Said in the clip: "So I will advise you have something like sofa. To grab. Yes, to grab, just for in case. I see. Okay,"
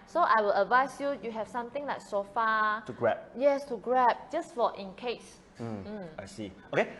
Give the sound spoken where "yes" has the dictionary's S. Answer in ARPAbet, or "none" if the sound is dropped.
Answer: S